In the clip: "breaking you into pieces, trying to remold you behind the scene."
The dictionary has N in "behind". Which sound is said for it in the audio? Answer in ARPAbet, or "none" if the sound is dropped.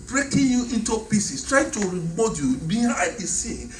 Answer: none